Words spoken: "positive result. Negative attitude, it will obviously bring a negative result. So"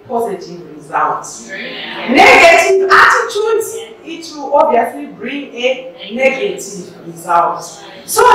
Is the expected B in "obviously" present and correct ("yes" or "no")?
no